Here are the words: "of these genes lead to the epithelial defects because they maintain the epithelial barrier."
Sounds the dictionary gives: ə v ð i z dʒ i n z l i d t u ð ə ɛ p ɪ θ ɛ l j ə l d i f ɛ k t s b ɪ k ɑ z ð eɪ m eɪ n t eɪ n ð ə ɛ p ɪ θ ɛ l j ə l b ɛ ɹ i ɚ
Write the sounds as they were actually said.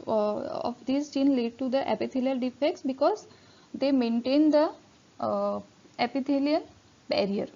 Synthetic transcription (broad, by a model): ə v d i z tʃ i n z l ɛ d t u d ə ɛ p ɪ t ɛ l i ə l d i f ɛ k t s b ɪ k ɑ z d eɪ m eɪ n t eɪ n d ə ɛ p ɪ t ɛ l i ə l b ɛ ɹ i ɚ